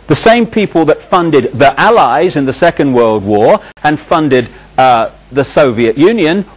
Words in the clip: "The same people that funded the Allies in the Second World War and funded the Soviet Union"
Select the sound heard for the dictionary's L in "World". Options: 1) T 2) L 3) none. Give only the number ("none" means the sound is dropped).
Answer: 2